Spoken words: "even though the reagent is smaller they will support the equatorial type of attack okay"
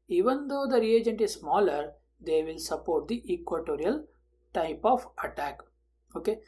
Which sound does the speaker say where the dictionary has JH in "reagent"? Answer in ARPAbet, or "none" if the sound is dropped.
JH